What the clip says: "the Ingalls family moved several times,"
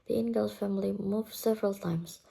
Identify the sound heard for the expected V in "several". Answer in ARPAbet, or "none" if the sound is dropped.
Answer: V